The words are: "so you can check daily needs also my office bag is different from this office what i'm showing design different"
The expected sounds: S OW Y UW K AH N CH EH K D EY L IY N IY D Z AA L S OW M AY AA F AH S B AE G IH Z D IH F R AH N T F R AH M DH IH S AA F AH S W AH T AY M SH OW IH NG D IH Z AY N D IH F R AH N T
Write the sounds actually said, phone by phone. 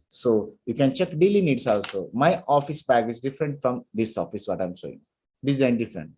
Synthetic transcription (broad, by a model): S OW Y UW K AH N CH EH K D EY L IY N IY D S AA L S OW M AY AA F AH S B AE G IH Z D IH F R AH N T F R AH M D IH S AA F AH S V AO T AY M S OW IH NG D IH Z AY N D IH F R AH N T